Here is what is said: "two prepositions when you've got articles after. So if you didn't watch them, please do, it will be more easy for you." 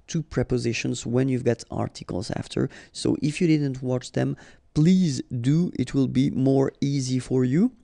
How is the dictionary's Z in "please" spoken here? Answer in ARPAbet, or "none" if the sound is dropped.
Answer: Z